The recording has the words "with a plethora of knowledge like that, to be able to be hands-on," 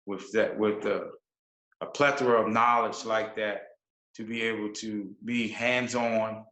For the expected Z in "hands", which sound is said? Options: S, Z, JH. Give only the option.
Z